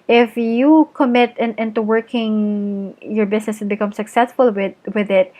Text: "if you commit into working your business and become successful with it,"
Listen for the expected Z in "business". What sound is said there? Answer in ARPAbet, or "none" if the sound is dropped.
S